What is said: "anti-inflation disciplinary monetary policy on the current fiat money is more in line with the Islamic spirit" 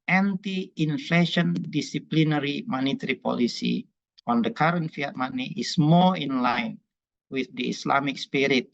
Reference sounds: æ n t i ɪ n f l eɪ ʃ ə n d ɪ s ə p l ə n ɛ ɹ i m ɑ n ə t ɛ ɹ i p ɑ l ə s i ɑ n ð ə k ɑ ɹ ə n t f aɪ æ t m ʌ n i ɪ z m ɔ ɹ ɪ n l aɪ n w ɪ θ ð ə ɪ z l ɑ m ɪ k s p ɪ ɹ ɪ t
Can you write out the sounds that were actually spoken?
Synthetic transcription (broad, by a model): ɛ n t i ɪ n f l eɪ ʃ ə n d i s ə p l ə n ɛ ɹ i m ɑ n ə t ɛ ɹ i p ɑ l ə s i ɑ n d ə k ɑ ɹ ə n t f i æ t m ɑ n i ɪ s m ɔ l ɪ n l aɪ n w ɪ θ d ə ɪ s l ɑ m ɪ k s p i ɹ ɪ t